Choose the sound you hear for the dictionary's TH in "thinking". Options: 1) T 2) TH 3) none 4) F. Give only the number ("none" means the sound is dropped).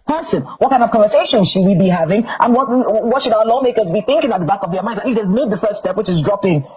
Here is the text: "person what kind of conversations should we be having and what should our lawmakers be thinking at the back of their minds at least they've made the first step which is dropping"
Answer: 2